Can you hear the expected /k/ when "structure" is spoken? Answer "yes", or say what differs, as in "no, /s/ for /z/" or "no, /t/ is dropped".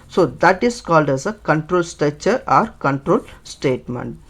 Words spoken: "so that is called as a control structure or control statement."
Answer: no, /k/ is dropped